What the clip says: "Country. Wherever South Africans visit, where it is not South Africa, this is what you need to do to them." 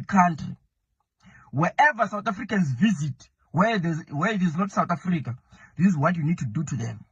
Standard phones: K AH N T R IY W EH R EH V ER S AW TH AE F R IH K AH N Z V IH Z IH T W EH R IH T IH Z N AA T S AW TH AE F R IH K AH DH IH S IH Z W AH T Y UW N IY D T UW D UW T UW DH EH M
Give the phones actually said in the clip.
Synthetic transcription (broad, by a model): K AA N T R IY W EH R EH V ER S AW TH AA F R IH K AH N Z V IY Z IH T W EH W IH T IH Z N AA T S AW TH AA F R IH K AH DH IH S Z W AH T Y UW N IY D T UW D UW T UW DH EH M